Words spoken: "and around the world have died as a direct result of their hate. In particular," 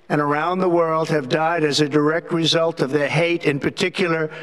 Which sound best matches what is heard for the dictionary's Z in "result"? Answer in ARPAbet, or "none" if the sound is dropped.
Z